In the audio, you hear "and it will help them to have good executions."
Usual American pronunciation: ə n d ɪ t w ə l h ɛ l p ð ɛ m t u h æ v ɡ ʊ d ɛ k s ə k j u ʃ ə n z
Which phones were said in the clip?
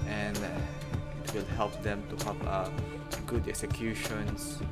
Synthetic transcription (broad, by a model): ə n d ɪ t w ə l h ɛ l p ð ɛ m t u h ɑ p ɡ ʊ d ɛ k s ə k j u ʃ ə n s